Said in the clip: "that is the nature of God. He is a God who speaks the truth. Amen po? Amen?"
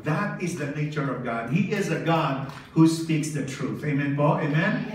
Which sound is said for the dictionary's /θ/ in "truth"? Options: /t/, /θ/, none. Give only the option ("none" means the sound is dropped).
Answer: /θ/